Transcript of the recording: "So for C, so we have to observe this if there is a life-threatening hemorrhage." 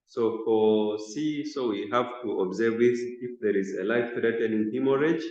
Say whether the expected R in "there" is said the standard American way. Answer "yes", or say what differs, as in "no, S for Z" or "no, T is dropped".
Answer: yes